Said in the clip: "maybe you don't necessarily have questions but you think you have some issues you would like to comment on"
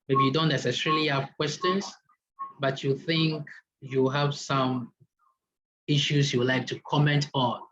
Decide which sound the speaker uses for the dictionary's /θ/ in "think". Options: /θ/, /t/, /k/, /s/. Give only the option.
/θ/